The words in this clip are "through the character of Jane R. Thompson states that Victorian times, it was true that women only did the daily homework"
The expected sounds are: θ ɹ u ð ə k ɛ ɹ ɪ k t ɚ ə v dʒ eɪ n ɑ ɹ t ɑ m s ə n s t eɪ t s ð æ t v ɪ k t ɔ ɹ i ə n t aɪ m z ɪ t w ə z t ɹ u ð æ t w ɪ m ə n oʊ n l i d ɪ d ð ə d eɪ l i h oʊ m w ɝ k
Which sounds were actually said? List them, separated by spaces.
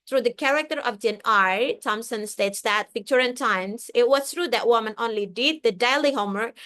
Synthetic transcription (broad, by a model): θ ɹ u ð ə k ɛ ɹ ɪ k t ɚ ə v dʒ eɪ n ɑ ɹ t ɑ m s ə n s t eɪ t s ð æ t p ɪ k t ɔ ɹ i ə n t aɪ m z ɪ t w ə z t ɹ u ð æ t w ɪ m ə n oʊ n l i d ɪ d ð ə d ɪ l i h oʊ m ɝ